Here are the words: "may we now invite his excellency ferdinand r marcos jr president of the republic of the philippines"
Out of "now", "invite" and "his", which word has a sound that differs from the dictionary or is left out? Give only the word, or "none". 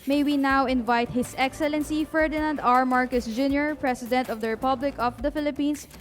his